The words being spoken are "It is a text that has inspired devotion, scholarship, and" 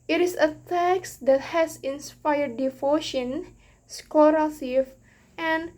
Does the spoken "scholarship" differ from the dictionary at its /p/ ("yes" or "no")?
yes